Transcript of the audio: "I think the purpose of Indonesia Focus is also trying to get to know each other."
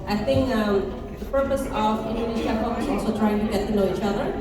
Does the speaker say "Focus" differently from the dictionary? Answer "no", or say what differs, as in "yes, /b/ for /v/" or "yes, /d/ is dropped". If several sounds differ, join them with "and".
yes, /s/ is dropped